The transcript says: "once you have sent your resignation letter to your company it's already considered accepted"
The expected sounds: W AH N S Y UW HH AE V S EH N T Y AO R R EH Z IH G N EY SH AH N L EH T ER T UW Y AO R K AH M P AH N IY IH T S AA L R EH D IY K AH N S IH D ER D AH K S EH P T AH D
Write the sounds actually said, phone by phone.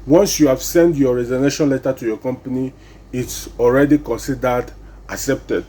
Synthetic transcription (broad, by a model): W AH N S Y UW HH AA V S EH N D Y AO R R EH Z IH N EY SH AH N L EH T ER T UW Y AO K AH M P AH N IY IH T S AA L R EH D IY K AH N S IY D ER D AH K S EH P T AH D